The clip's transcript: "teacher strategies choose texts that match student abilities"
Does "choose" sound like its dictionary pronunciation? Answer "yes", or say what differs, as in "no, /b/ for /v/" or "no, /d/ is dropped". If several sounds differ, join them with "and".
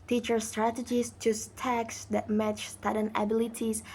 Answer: no, /s/ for /z/